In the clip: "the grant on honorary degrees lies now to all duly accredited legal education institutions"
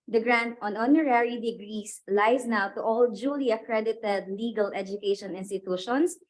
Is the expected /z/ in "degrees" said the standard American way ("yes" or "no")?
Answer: no